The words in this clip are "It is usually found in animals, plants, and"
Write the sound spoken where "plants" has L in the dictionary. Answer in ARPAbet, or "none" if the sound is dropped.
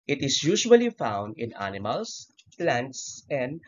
L